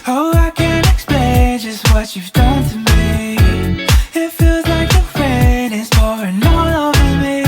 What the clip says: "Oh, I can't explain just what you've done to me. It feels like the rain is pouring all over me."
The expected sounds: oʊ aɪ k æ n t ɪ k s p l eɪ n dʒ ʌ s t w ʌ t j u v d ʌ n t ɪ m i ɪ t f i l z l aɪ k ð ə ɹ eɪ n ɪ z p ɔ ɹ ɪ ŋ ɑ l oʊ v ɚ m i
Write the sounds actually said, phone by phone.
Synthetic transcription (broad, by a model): oʊ aɪ k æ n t ɪ k s p l eɪ n dʒ ʌ s t w ʌ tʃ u v d ʌ n t ɪ m i ɪ t f i l z l aɪ k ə ɹ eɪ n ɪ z f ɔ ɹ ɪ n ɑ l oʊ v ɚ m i